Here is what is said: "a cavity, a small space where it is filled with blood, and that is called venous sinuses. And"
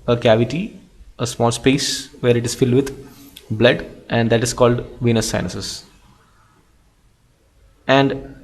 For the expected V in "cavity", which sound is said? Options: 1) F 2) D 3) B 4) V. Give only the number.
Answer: 4